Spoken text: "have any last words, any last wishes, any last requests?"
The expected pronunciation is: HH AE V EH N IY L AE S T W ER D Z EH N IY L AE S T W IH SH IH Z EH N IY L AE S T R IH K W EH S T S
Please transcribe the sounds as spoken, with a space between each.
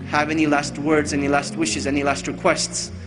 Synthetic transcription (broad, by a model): HH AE V EH N IY L AE S T W ER D Z EH N IY L AE S T W IH SH IH Z EH N IY L AE S T R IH K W EH S T S